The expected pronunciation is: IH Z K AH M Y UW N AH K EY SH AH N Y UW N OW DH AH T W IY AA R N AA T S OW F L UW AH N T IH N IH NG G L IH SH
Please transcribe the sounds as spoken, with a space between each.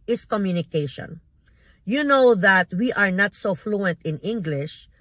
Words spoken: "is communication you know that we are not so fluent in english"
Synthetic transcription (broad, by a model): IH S K AH M Y UW N AH K EY SH AH N Y UW N OW DH AH T W IY AA R N AA T S OW F L UW AH N T IH N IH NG G L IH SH